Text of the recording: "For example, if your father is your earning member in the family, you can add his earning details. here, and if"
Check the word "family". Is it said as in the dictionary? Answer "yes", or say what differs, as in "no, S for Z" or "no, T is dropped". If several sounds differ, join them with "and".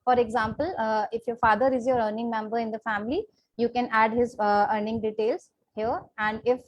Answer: yes